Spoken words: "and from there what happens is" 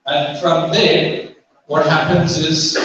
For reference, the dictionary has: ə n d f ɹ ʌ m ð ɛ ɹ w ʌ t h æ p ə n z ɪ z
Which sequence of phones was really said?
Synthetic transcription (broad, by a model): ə n f ɹ ʌ m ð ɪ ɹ w ʌ t h æ p ə n z ɪ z